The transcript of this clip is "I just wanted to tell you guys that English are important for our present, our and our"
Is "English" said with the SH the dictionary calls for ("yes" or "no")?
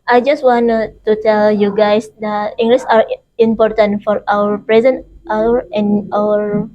no